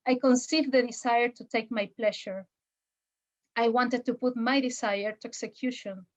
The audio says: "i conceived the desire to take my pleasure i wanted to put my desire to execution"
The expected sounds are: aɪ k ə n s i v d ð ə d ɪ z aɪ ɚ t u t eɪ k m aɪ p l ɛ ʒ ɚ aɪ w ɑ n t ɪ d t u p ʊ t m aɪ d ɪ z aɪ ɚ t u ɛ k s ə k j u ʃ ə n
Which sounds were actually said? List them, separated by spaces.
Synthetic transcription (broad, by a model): aɪ k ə n s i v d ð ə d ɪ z aɪ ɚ t u t eɪ k m aɪ p l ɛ ʃ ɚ aɪ w ɑ n t ɪ d t u p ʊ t m aɪ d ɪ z aɪ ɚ t u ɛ k s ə k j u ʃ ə n